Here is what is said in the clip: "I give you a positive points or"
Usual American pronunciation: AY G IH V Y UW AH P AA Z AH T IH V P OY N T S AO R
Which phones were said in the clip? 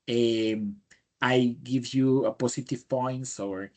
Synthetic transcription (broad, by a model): AY G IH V Y UW AH P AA S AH T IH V P OY N T S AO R